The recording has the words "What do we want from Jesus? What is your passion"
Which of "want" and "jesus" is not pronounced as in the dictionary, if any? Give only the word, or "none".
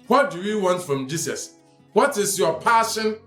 jesus